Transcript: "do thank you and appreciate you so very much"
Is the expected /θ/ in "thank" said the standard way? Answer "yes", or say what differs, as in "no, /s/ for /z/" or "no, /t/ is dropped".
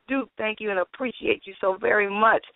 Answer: yes